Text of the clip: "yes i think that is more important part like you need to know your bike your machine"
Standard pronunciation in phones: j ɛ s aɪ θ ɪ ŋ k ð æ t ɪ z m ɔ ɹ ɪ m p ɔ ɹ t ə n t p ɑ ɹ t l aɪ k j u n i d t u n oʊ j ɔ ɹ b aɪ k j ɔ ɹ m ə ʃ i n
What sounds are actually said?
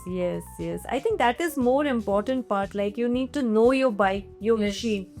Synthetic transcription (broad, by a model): j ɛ s aɪ t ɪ ŋ k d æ t ɪ z m ɔ ɹ ɪ m p ɔ ɹ t ə n t p ɑ ɹ t l aɪ k j u n i d t u n oʊ j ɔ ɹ b aɪ k j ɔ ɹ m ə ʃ i n